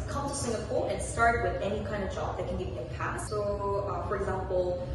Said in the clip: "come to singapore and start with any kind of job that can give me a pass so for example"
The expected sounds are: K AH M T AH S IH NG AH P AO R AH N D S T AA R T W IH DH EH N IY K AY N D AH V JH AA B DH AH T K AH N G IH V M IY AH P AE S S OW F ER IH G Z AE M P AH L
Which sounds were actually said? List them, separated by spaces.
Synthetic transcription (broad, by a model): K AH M T AH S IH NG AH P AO L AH N S T AA R T W IH DH EH N IY K AY N D AH V JH AA B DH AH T K AH N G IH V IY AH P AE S S OW F ER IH G Z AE M P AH L